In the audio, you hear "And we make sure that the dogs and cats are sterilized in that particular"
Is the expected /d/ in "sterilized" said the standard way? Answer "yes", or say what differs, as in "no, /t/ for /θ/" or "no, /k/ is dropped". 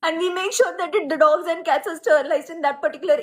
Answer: no, /d/ is dropped